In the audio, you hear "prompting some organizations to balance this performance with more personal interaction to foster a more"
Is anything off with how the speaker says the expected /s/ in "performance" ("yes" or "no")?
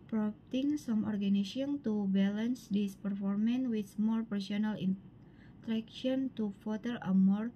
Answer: yes